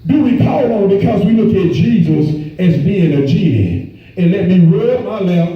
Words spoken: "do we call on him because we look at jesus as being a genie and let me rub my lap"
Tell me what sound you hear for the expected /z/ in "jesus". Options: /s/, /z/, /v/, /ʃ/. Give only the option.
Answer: /z/